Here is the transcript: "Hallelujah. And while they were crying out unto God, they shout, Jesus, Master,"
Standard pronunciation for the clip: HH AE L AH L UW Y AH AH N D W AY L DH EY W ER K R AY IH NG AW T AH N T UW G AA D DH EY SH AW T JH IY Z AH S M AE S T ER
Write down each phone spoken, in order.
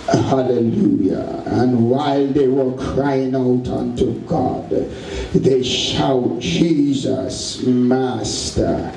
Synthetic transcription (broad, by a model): HH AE L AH L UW Y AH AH N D W AY L DH EY W ER K R AY IH NG AW T AH N T UW G AA D DH EY SH AW T JH IY Z AH S M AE S T ER